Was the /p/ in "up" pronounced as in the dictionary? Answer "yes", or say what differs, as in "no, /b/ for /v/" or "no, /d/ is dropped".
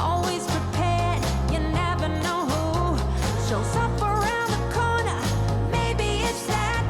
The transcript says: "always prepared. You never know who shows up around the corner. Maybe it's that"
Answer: no, /f/ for /p/